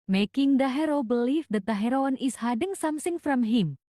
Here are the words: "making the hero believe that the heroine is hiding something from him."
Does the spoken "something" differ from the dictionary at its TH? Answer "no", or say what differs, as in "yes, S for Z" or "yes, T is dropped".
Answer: yes, S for TH